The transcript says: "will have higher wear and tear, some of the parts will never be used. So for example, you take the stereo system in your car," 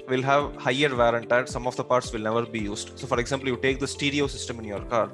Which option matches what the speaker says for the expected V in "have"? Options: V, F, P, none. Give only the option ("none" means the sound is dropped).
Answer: V